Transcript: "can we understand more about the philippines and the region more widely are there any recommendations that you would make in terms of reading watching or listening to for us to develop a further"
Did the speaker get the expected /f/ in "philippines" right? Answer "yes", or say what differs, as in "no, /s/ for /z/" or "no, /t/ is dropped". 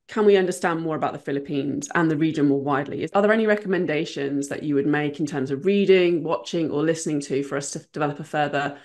yes